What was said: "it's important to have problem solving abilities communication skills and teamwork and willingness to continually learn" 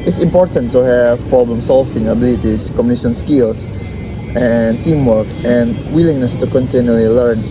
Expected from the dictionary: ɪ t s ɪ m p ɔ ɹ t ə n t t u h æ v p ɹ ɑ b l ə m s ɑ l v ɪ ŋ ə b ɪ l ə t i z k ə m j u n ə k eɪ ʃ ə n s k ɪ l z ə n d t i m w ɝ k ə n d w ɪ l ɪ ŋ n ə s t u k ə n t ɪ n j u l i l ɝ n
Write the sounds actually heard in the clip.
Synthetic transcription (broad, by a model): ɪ t s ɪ m p ɔ ɹ t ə n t t u h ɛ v p ɹ ɑ b l ə m s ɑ l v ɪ ŋ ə b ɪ l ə t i s k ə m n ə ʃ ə n s k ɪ l s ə n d t i m w ɝ k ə n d w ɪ l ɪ ŋ n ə s t u k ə n t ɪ n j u l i l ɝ n